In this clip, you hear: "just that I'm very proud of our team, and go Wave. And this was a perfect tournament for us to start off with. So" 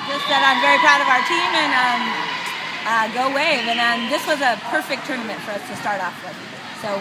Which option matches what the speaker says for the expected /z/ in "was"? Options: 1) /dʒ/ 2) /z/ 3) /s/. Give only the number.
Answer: 2